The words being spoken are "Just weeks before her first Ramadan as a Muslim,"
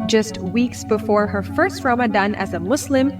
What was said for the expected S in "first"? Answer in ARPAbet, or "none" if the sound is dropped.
S